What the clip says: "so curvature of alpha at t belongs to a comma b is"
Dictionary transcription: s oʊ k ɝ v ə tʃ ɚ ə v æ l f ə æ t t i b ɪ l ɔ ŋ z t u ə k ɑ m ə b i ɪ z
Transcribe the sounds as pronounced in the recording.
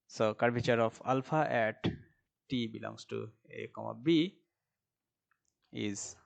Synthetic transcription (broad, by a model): s oʊ k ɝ b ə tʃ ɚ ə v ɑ l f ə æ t t i b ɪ l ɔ ŋ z t u ə k ɑ m ə b i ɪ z